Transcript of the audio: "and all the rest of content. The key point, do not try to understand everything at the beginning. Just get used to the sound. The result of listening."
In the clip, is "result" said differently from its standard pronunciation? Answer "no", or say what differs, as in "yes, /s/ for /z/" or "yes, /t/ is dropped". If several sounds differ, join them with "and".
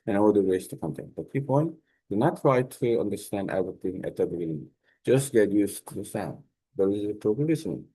yes, /l/ is dropped